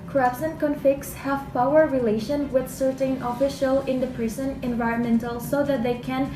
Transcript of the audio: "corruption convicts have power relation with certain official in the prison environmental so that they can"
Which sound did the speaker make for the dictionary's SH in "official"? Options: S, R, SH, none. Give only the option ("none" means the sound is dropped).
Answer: SH